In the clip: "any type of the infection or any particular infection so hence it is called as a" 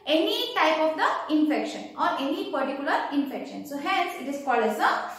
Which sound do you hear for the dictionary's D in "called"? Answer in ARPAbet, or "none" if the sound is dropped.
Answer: none